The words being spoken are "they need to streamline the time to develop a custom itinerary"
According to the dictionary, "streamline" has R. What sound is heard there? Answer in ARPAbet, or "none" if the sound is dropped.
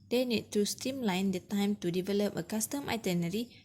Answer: none